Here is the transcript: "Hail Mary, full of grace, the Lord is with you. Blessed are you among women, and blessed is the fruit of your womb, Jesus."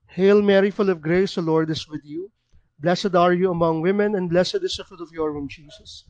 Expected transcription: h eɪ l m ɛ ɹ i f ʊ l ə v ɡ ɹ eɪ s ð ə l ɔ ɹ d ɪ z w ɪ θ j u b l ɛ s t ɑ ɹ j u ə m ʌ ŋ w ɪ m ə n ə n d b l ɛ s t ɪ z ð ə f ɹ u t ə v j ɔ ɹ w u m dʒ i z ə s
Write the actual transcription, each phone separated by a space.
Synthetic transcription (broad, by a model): h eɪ l m ɛ ɹ i f ʊ l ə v ɡ ɹ eɪ s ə l ɔ ɹ d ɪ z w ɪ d j u b l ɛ s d ɑ ɹ j u ə m ʌ ŋ w ɪ m ə n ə n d b l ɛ s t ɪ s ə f u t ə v j ɔ ɹ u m dʒ i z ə s